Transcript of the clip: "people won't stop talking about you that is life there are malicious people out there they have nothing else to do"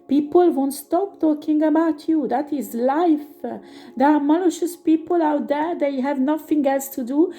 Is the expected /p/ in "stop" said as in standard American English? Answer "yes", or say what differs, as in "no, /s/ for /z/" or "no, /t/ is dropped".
yes